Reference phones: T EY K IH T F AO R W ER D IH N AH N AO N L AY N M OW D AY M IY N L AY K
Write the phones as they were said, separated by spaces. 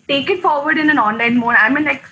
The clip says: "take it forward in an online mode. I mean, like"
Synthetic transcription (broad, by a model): T EY K IH T F AO R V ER D IH N AH N AO N L AY N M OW AY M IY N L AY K